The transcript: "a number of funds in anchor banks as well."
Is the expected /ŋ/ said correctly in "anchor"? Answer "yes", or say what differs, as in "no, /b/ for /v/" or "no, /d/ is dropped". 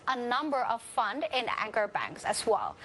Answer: yes